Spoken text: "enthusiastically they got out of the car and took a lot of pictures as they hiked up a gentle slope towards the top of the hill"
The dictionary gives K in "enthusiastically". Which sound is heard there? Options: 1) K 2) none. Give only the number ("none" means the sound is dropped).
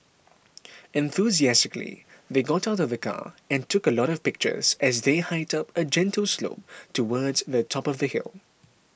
1